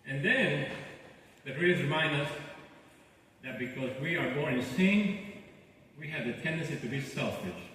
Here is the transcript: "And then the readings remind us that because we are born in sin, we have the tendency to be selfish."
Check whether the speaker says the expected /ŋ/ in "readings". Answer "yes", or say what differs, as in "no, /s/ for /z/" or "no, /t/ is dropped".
no, /ŋ/ is dropped